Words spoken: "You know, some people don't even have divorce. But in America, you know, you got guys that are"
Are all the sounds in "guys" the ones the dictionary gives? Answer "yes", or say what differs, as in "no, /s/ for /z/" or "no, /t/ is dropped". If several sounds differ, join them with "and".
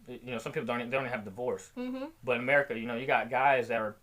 yes